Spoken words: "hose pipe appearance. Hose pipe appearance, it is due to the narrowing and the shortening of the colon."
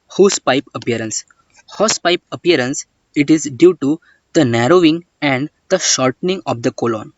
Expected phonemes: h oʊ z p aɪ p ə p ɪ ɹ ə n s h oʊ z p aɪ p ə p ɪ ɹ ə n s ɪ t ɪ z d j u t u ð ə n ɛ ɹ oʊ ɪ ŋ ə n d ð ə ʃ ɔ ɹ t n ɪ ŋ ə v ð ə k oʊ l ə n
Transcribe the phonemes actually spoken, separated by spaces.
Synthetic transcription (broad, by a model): h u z p aɪ p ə p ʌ ɹ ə n s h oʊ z p aɪ p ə p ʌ ɹ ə n s ɪ t ɪ z d j u t u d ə n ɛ ɹ oʊ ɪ ŋ ə n d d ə ʃ ɔ ɹ t n ɪ ŋ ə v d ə k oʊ l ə n